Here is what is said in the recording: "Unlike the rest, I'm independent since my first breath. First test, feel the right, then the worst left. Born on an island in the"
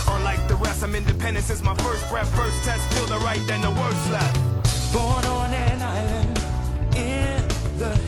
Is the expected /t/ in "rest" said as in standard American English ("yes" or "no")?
no